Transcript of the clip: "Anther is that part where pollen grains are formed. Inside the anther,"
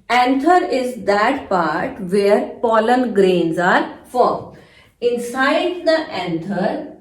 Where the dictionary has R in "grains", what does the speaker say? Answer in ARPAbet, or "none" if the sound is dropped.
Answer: R